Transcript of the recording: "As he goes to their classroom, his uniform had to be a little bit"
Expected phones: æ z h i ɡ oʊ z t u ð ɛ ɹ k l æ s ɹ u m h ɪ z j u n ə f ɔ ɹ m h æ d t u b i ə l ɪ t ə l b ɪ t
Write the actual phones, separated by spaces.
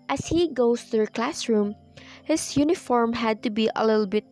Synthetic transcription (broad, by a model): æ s h i ɡ oʊ s t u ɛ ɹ k l æ s ɹ u m h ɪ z j u n ə f ɔ ɹ m h æ d t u b i ə l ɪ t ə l b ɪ t